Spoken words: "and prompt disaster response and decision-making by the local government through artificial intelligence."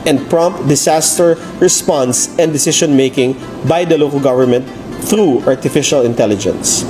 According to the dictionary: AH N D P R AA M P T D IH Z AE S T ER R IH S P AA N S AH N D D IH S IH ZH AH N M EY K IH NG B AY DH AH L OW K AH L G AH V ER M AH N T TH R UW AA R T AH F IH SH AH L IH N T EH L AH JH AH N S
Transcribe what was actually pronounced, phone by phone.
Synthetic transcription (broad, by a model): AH N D P R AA M P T D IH S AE S T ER R IH S P AA N S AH N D D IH S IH SH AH N M EY K IH NG B AY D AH L OW K AH L G AH V ER M AH N T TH R UW AA R T AH F IH SH AH L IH N T EH L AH JH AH N S